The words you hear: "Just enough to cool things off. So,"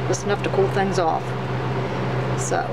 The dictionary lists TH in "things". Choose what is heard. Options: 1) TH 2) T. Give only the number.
1